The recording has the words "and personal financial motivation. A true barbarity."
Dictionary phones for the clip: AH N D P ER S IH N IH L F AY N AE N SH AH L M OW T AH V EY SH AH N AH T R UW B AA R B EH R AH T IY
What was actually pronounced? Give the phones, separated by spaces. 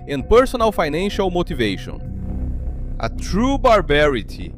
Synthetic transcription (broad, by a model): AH N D P ER S IH N IH L F AY N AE N SH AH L M OW T AH V EY SH AH N AH T R UW B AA R B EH R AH T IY